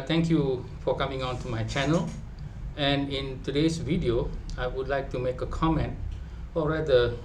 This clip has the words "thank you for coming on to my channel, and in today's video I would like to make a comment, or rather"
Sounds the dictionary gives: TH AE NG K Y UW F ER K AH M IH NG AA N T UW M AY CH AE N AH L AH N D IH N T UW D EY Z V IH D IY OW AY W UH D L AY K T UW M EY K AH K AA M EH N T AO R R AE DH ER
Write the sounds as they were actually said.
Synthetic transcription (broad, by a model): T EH NG K Y UW F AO K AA M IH NG AA N T UW M AY CH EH N AH L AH N IH N T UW D EY S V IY D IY OW AY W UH D L AY K T UW M EY K AH K AA M EH N T AO L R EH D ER